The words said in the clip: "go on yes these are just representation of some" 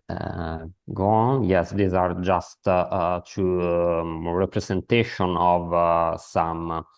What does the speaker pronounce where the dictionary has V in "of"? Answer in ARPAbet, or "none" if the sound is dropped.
V